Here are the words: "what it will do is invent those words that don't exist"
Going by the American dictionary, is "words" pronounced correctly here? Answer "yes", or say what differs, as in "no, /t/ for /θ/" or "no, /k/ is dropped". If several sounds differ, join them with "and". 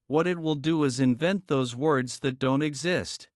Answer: yes